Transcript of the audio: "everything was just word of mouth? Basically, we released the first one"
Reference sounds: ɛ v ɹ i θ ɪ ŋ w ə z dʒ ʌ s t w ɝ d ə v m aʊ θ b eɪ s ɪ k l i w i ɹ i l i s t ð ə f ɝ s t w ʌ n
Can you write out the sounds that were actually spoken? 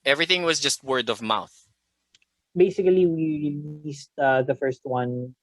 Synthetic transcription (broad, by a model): ɛ v ɹ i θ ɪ ŋ w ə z dʒ ʌ s t w ɝ d ə v m aʊ θ b eɪ s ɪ k l i w i ɹ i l i s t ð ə f ɝ s t w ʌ n